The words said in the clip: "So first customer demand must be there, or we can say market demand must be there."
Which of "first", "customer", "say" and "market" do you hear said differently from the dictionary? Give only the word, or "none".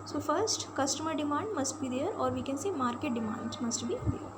none